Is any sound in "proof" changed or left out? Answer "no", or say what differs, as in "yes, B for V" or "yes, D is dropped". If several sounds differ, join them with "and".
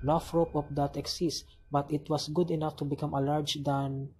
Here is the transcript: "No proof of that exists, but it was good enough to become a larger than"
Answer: yes, F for P and P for F